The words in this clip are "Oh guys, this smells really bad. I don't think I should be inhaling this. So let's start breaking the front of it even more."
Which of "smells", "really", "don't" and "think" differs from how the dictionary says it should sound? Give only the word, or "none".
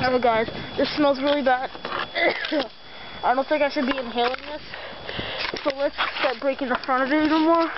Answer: none